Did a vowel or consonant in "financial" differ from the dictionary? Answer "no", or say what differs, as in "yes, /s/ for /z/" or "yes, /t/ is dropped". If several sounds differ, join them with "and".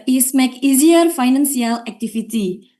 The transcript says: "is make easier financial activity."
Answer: yes, /s/ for /ʃ/